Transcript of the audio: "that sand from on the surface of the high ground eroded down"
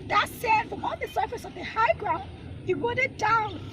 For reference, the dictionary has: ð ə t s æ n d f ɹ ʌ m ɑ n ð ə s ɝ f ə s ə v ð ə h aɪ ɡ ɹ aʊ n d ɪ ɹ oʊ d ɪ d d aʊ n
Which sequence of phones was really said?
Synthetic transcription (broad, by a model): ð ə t s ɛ d f ɹ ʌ m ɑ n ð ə s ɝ f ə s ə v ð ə h aɪ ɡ ɹ aʊ n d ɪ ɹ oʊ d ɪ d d aʊ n